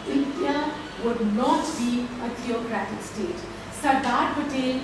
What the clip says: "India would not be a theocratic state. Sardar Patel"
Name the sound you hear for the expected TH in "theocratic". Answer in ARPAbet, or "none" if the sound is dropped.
T